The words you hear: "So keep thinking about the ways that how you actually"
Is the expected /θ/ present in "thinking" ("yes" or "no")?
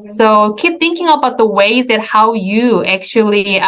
yes